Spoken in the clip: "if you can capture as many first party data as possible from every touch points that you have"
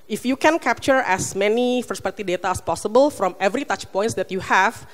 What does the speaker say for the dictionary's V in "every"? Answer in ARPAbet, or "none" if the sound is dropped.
V